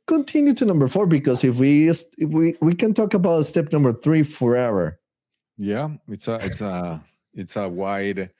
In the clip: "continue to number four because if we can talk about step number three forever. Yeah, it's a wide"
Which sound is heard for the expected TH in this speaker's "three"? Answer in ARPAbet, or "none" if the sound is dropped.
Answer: TH